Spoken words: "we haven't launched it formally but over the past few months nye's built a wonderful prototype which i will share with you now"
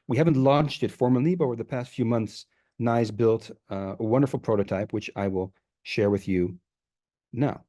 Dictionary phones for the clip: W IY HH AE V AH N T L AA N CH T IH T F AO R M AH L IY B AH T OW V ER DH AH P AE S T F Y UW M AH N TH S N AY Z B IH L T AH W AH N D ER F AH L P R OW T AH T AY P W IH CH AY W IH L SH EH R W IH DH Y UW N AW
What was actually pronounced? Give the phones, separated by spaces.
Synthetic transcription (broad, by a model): W IY HH AE V AH N T L AA N CH T IH T F AO R M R L IY B AH T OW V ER DH AH P AE S T F Y UW M AH N TH S N AY Z B IH L T AH W AH N D ER F L P R OW T AH T AY P W IH CH AY W IH L SH EH R W IH DH Y UW N AW